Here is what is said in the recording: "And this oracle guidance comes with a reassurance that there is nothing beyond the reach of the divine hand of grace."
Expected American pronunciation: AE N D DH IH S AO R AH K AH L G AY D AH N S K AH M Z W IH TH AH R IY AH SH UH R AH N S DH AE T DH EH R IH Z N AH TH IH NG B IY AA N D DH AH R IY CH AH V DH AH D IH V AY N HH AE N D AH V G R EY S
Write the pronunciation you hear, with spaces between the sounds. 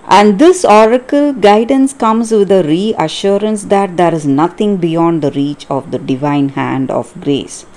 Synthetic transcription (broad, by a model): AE N D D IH S AO R AH K AH L G AY D AH N S K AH M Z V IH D AH R IY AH SH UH R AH N S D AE T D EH R IH Z N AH T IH NG B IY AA N D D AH R IY CH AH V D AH D IH V AY N HH AE N D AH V G R EY S